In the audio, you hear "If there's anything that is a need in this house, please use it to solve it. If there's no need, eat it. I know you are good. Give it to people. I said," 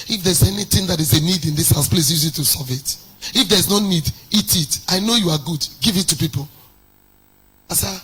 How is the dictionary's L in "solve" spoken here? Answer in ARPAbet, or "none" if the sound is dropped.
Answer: none